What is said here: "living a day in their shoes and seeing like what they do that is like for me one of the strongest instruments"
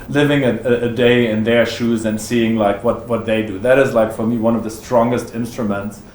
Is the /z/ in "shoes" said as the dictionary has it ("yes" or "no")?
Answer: yes